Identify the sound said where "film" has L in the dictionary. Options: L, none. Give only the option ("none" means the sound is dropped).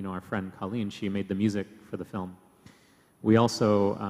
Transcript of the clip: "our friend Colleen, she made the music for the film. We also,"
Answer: L